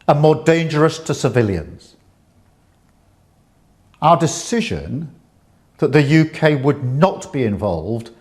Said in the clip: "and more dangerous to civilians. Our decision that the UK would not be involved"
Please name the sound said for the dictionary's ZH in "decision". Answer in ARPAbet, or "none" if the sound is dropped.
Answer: ZH